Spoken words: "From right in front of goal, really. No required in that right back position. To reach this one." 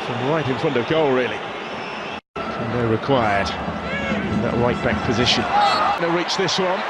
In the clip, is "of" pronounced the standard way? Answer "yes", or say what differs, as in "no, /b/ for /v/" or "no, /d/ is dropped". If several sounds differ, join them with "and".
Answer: yes